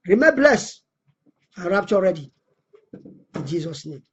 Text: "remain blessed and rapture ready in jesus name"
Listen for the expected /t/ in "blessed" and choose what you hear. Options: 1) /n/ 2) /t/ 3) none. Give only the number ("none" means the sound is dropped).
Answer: 3